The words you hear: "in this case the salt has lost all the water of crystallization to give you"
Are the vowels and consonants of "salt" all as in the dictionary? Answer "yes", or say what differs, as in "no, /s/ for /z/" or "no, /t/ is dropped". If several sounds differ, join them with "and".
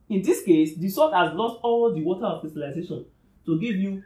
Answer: no, /l/ is dropped